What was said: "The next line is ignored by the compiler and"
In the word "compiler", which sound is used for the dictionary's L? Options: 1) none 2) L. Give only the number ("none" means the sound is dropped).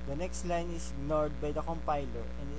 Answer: 2